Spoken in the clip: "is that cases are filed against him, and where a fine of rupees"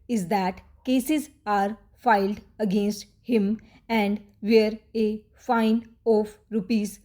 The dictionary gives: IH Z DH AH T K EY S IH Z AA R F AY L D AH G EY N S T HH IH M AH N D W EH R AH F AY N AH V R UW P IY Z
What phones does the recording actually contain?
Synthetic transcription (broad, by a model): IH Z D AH T K EY S IH Z AA R F AY L D AH G EY N S T HH IH M AH N D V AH R AH F AY N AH F R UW P IY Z